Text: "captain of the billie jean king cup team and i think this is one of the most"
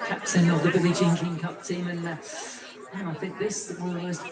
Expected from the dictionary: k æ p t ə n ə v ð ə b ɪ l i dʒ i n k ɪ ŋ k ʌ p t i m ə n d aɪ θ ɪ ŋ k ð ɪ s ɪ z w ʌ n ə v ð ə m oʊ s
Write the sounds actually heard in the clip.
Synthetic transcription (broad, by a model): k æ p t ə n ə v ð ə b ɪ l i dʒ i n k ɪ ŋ k ʌ p t i m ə n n aɪ θ ɪ ŋ k ð ɪ s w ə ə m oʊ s